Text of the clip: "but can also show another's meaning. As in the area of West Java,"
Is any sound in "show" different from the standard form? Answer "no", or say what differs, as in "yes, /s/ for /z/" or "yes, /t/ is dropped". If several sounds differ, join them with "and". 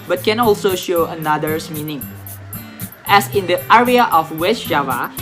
no